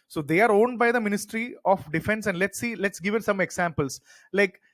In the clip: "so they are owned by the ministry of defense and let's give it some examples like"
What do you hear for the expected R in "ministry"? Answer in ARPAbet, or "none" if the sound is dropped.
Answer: R